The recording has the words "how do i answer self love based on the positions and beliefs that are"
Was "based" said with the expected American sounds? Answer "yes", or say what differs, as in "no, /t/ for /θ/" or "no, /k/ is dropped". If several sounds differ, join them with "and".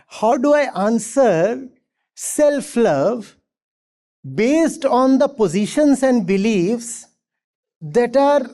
yes